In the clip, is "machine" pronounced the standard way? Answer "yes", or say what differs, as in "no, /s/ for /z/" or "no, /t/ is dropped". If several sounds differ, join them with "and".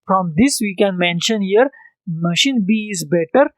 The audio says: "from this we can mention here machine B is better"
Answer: yes